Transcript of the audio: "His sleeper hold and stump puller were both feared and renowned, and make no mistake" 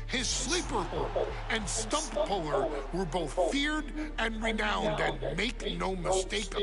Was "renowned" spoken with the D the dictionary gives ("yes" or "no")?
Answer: yes